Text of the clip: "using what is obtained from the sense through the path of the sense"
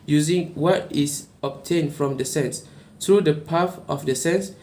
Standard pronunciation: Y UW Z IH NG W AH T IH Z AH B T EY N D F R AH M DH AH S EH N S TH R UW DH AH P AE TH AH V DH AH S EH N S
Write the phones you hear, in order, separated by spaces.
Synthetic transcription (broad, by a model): Y UW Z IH NG W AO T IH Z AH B T EY N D F R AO M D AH S EH N S T R UW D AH P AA F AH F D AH S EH N S